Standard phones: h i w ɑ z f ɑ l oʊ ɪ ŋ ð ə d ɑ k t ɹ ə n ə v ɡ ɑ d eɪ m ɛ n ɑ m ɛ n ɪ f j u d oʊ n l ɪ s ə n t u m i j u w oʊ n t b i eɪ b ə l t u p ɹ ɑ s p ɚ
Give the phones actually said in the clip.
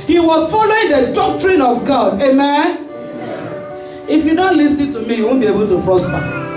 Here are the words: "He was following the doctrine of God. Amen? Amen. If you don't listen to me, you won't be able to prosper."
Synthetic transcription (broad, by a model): h i w ɑ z f ɑ l oʊ ɪ ŋ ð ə d ɑ k t ɹ ə n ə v ɡ ɑ d eɪ m ɛ n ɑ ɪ f j u d oʊ n l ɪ s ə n t u m i j u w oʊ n b i eɪ b ə l t u p ɹ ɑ s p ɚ